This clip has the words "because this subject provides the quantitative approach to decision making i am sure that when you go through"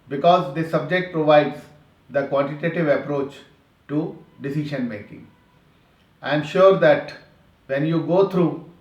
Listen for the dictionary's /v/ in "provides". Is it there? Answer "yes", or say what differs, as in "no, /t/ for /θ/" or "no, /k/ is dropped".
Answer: yes